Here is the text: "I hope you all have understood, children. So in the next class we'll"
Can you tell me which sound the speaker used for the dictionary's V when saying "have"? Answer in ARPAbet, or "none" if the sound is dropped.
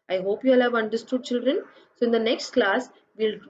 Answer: V